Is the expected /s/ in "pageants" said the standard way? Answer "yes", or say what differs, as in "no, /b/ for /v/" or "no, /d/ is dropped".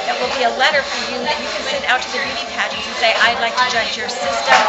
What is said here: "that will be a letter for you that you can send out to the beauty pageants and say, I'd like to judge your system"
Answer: no, /s/ is dropped